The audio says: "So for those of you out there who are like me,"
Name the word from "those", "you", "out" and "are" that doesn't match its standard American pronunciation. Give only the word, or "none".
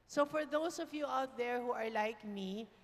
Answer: those